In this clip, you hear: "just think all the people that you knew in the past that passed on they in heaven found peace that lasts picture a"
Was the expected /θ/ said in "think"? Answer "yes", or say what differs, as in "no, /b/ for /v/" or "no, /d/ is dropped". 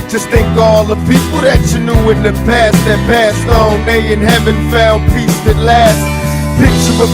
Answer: yes